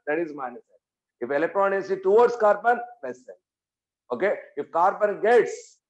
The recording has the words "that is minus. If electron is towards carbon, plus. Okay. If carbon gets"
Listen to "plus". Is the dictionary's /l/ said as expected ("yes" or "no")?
no